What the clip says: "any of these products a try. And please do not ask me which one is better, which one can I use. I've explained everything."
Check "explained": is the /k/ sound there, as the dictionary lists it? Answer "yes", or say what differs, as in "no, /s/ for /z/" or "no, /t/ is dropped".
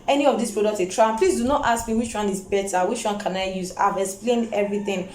yes